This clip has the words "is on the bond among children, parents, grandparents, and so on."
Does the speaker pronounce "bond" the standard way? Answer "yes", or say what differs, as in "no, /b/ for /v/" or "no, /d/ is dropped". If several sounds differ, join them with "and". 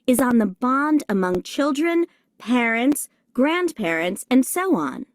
yes